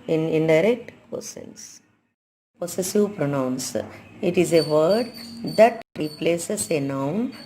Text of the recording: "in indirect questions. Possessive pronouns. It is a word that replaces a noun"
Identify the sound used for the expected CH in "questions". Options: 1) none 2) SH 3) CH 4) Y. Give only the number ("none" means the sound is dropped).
1